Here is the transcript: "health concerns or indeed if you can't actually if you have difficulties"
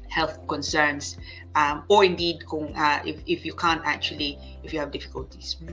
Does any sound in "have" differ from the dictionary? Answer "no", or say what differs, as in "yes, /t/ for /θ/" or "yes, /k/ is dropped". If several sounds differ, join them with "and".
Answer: no